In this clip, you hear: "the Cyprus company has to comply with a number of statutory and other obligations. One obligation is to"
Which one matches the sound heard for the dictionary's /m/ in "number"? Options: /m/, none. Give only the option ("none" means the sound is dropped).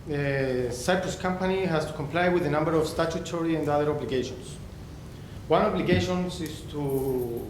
/m/